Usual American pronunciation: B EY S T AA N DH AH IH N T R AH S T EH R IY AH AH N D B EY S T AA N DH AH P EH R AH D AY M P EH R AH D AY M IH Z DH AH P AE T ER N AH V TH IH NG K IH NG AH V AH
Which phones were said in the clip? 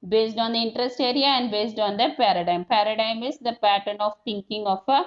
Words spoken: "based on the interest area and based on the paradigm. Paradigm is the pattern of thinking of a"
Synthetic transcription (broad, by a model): B EY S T AA N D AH IH N T R AH S T EH R IY AH AH N D B EY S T AA N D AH P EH R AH D AY M P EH R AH D AY M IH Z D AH P AE T ER N AH V T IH NG K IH NG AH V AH